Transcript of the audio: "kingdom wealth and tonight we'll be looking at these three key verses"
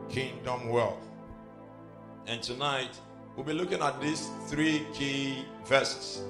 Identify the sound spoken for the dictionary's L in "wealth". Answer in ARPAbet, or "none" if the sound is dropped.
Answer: L